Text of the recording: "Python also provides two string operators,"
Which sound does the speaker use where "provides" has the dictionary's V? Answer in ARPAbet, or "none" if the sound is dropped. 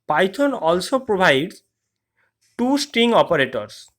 B